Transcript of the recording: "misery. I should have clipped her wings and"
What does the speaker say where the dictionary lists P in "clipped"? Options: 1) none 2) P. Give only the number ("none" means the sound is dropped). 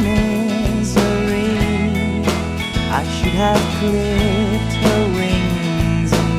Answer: 1